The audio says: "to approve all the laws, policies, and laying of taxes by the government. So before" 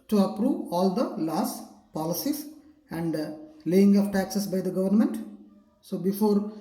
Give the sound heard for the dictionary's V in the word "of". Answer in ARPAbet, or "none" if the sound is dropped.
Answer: P